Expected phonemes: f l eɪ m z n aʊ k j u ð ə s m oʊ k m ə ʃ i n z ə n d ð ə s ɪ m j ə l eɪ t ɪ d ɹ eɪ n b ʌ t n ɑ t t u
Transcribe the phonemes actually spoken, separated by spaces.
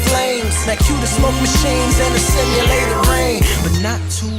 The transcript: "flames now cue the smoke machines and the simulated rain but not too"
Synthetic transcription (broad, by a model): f l eɪ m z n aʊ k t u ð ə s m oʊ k m ə ʃ i n z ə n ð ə s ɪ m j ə l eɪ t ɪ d ɹ eɪ n b ʌ t n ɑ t t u